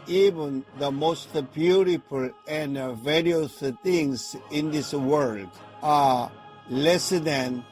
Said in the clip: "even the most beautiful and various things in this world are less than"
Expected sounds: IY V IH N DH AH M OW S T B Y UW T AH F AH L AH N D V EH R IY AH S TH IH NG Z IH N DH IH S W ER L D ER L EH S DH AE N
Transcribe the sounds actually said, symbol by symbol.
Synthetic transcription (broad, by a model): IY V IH N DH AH M OW S T B Y UW T AH F AH L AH N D V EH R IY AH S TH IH NG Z IH N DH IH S W ER L D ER L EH S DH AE N